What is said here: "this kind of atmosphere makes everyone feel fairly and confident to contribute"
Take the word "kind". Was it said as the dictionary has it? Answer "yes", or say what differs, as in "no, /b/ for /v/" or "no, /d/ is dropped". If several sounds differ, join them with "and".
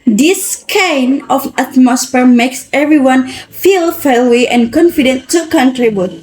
no, /d/ is dropped